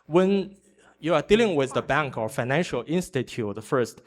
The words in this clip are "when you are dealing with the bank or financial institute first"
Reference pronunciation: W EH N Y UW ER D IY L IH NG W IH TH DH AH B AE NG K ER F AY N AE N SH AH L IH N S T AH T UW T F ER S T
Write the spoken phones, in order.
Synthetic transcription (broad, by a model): W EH N Y UW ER D IY L IH NG W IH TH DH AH B AE NG K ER F AY N AE N SH AH L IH N S T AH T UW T F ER S T